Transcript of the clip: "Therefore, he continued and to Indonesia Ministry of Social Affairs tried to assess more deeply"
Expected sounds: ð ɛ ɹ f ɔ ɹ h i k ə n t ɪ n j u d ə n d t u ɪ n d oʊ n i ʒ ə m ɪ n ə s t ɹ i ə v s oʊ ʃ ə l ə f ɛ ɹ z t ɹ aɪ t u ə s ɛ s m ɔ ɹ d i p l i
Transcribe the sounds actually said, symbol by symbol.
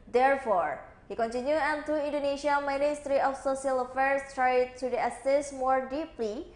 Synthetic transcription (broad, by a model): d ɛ ɹ f ɔ ɹ h i k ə n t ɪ n j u ə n t u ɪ n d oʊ n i ʃ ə m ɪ n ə s t ɹ i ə f s oʊ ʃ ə l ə f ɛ ɹ s t ɹ aɪ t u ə s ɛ s m ɔ ɹ d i p l i